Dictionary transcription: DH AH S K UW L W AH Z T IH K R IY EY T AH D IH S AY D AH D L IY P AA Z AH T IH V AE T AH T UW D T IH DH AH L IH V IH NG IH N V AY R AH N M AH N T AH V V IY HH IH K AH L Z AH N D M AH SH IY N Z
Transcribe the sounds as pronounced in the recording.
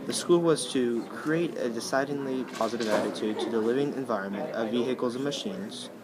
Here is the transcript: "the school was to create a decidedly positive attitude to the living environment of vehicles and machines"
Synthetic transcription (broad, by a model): DH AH S K UW L W AH Z T IH K R IY EY T AH D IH S AY D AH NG L IY P AA Z AH T IH V AE T AH T UW D T IH DH AH L IH V IH NG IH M V AY R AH N M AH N T AH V V IY HH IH K L Z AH N M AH SH IY N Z